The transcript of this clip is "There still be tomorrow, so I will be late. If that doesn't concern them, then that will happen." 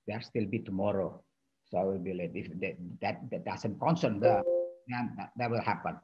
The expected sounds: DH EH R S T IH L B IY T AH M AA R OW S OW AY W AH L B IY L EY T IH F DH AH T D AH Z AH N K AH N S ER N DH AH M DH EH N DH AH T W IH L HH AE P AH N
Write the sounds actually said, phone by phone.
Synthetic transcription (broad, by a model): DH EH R S T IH L B IY T AH M AA R OW S OW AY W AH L B IY L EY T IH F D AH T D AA S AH N K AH N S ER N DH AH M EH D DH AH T W IH L HH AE P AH N